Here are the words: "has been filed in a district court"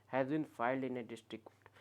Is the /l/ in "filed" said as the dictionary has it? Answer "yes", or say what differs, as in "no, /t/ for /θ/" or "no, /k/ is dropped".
yes